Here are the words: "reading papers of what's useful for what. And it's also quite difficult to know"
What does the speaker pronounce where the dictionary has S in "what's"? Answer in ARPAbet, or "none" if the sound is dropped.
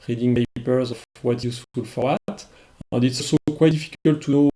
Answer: none